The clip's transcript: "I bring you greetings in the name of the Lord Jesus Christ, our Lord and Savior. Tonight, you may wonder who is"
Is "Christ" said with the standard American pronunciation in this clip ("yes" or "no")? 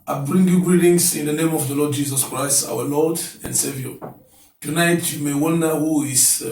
yes